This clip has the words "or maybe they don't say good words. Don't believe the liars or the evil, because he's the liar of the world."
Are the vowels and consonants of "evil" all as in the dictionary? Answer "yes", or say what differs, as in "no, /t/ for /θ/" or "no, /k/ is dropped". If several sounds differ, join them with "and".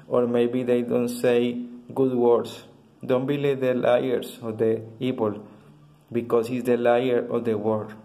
no, /p/ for /v/